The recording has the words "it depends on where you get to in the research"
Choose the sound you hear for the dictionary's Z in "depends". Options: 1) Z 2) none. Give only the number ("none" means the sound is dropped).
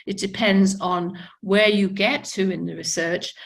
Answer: 1